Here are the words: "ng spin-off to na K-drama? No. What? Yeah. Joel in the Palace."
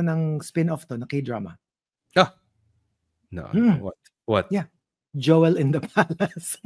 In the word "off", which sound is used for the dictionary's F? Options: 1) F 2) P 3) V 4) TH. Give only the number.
1